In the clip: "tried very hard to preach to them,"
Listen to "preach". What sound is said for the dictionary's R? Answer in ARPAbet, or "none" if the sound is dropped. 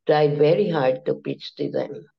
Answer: none